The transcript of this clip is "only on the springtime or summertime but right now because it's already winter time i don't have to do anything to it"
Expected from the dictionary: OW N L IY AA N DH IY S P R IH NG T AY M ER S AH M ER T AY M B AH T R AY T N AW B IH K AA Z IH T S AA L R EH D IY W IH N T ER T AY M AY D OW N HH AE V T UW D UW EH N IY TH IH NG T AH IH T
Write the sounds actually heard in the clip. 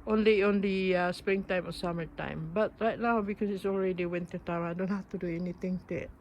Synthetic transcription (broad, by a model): OW N L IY AA N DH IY S P R IH NG T AY M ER S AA M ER T AY M B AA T R AY T N AW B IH K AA S IH T S AA L R EH D IY W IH N T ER T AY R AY D OW N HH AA F T UW D UW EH N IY T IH NG T AH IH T